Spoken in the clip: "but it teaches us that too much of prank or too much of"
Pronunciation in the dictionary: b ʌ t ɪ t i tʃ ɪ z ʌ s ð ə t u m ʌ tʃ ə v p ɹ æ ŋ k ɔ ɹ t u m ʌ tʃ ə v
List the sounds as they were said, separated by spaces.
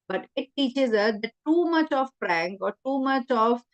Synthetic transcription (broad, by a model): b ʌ t ɪ t i tʃ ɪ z ʌ s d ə t u m ʌ tʃ ə v f ɹ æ ŋ k ɔ ɹ t u m ʌ tʃ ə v